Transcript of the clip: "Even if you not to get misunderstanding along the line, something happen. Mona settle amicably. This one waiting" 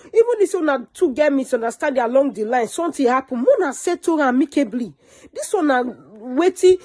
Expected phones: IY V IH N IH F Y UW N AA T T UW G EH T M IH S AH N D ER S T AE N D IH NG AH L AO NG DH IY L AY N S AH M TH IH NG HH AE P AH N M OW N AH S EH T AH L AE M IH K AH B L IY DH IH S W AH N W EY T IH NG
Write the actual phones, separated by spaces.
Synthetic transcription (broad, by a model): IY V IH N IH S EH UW N AA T T UW G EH M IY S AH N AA S T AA D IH AH L AO NG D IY L AY N S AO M T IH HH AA P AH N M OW N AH S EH T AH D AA M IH K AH B L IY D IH S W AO N W EY T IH